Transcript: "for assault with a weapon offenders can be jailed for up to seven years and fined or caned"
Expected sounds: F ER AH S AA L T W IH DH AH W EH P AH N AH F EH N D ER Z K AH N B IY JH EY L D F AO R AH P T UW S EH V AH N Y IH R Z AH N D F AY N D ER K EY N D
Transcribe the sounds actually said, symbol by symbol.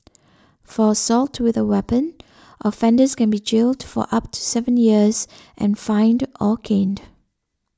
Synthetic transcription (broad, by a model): F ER AH S AA L T W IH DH AH W EH P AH N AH F EH N D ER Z K AH N B IY JH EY L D F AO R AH P T UW S EH V AH N Y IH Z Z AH N F AY N D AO K EY N D